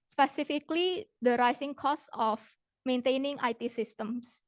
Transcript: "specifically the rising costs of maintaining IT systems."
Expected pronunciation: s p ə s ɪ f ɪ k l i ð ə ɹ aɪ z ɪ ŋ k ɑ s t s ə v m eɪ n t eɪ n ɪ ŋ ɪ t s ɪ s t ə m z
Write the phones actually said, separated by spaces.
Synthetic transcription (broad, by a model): s p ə s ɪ f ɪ k l i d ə ɹ aɪ s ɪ ŋ k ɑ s s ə f m eɪ n t eɪ n ɪ ŋ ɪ t s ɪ s t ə m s